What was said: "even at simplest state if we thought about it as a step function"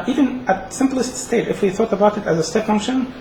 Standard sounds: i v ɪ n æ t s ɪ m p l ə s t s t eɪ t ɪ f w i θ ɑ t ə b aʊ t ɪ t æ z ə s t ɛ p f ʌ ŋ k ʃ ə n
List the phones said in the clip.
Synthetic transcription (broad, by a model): i v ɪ n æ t s ɪ m p l ə s t s t eɪ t ɪ f w i θ ɑ t ə b aʊ t ɪ t æ z ə s t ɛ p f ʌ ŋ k ʃ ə n